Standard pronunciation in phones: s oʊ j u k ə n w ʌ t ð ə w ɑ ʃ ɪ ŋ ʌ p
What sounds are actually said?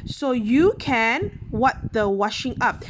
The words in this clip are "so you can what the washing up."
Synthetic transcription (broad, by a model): s oʊ j u k ə n w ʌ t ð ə w ɑ ʃ ɪ ŋ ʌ p